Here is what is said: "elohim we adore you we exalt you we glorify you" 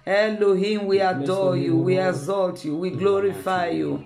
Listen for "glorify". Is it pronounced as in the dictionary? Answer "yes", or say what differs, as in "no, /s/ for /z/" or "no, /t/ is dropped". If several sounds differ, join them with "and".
yes